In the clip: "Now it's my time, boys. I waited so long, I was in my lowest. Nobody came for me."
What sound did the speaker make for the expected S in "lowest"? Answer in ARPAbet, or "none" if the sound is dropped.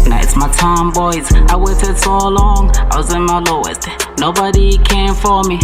none